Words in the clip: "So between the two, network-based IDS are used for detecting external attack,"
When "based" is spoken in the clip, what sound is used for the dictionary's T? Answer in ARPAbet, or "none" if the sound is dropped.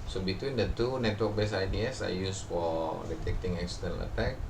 none